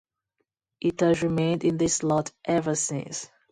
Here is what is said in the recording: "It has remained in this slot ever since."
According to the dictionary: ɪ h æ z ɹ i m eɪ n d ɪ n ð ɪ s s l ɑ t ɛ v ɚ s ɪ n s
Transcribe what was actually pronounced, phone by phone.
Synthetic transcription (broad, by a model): ɪ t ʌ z ɹ i m eɪ n d ɪ n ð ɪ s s l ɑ t ɛ v ɚ s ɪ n s